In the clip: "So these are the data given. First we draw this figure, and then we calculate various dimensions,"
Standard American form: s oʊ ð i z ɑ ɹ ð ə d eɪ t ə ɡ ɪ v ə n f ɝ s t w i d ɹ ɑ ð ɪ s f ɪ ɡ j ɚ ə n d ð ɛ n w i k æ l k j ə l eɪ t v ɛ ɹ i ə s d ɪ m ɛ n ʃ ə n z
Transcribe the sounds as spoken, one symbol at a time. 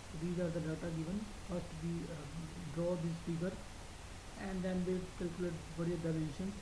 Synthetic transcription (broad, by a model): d i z ɑ ɹ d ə d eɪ t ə ɡ ɪ v ə n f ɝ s t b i d ɹ ɑ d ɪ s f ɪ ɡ ɚ ə n d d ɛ n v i k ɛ l k j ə l eɪ t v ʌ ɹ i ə d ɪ m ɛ n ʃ ə n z